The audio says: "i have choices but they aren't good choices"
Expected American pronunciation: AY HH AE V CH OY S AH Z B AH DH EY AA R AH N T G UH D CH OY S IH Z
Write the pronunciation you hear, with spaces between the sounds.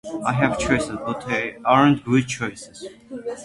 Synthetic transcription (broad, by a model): AY HH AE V CH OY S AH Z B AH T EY AA R AH N T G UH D CH OY S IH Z